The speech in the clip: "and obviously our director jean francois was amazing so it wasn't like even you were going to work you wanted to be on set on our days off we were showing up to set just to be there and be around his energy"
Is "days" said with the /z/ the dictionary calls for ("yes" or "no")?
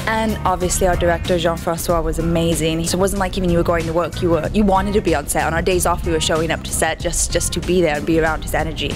yes